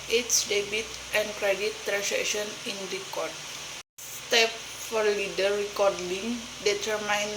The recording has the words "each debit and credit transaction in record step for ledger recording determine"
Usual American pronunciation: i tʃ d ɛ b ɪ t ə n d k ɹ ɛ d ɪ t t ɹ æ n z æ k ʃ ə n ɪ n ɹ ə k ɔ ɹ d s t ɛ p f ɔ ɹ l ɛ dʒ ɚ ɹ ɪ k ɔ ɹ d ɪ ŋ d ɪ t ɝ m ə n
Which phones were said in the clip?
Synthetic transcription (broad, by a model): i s d ɛ b ɪ t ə n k ɹ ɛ d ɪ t t ɹ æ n s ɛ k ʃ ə n ɪ n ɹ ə k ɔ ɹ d t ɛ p f ɔ ɹ l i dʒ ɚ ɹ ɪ k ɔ ɹ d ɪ ŋ d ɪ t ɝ m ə n